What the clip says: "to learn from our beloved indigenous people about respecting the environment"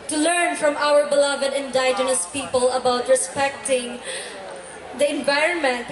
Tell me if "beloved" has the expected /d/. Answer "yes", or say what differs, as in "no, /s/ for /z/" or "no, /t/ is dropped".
yes